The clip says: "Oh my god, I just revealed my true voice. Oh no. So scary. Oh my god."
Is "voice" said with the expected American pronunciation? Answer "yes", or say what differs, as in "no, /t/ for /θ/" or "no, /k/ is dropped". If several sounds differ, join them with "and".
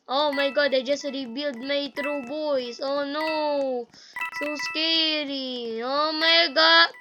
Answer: no, /b/ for /v/